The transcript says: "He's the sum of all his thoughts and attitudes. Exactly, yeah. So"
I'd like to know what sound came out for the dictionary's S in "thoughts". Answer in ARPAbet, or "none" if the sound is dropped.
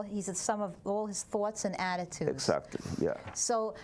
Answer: S